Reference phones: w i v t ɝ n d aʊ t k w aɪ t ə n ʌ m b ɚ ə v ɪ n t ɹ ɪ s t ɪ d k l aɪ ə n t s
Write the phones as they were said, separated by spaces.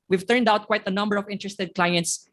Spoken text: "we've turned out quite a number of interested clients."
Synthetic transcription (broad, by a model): w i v t ɝ n d aʊ t k w aɪ t ə n ʌ m b ɚ ə v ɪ n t ɹ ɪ s t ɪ d k l aɪ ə n t s